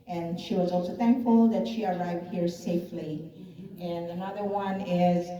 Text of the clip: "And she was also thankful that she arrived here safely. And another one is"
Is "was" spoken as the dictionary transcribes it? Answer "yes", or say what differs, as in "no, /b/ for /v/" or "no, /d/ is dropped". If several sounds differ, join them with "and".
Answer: yes